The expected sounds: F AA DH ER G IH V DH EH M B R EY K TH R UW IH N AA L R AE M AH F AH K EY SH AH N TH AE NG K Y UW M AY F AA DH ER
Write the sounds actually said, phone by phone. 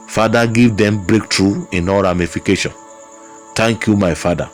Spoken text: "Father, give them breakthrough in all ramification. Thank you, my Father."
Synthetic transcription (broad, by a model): F AA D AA G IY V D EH M B R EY K T R UW IH N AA R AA M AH F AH K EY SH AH N T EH NG K Y UW M AY F AA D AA